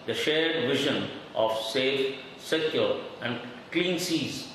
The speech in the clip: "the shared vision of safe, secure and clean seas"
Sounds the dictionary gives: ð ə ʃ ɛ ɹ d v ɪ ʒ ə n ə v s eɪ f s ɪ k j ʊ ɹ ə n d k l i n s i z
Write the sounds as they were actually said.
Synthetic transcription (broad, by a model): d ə ʃ ɛ ɹ d v ɪ ʒ ə n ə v s eɪ f s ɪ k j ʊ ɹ ə n d k l i n s i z